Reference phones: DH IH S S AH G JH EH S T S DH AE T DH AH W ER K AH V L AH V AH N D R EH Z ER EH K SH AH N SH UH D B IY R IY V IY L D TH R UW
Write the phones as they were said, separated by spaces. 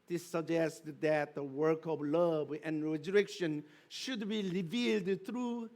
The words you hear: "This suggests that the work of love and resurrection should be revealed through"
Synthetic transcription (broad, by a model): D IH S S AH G JH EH S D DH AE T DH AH W ER K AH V L AH V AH N R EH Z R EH K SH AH N SH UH D B IY R IY V IY L D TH R UW